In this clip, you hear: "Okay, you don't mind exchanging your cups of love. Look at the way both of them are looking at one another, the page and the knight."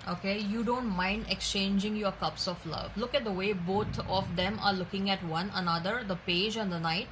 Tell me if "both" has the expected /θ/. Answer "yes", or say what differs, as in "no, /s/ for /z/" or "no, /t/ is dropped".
no, /t/ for /θ/